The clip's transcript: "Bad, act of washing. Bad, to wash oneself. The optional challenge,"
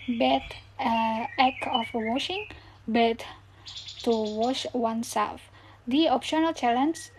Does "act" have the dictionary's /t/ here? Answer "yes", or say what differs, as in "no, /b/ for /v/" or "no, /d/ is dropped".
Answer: no, /t/ is dropped